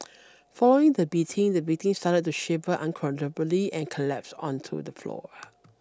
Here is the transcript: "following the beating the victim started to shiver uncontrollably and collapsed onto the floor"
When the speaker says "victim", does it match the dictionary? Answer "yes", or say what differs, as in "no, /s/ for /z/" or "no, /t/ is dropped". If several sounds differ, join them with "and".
no, /b/ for /v/ and /k/ is dropped